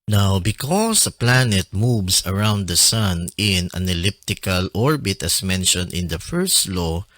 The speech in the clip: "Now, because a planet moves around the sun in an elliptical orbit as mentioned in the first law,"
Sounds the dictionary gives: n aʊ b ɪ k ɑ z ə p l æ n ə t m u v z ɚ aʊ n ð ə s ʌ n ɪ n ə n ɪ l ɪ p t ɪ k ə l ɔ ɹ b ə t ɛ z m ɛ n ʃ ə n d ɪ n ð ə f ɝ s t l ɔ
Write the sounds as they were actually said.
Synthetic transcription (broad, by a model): n aʊ b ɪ k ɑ s ə p l æ n ə t m u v s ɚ aʊ n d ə s ʌ n ɪ n ə n ɪ l ɪ p t ɪ k ə l ɔ ɹ b ə t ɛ s m ɛ n ʃ ə n d ɪ n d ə f ɝ s t l ɔ